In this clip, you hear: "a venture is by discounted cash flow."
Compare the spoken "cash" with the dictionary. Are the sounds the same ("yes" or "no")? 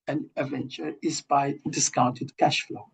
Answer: yes